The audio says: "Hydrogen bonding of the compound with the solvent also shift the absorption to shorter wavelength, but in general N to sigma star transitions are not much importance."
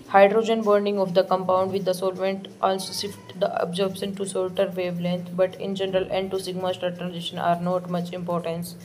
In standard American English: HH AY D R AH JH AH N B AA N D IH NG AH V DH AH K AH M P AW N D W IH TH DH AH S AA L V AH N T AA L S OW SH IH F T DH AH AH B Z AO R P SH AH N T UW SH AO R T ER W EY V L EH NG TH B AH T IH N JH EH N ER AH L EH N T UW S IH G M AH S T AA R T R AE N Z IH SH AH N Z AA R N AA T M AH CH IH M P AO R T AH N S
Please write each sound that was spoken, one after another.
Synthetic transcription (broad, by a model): HH AY D R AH JH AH N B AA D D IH NG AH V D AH K AH M P AW N D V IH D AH S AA L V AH N T AA L S OW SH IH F T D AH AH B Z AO R B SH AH N T UW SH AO L T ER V EY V L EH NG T B AH T IH N JH EH N ER AH L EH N T UW S IH G M AH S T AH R T R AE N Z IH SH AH N AA R N AA T M AH CH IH M P AO R T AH N S